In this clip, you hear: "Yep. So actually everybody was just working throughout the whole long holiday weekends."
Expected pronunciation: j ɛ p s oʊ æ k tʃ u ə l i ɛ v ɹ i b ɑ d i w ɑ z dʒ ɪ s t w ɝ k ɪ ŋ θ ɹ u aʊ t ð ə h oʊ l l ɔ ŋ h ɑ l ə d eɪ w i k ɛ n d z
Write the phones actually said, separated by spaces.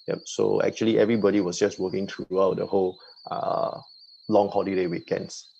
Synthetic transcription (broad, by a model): j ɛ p s oʊ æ k tʃ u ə l i ɛ v ɹ i b ɑ d i w ɑ s dʒ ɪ s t w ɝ k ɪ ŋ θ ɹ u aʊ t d ə h oʊ l l ɔ ŋ h ɑ l ə d eɪ w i k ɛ n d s